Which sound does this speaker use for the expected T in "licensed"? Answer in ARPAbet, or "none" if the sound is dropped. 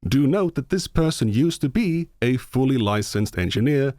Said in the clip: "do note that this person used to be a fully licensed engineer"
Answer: T